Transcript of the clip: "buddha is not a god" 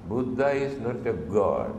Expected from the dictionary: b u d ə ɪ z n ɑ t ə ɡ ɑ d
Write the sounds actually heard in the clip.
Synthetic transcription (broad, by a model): b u d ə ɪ s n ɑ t ə ɡ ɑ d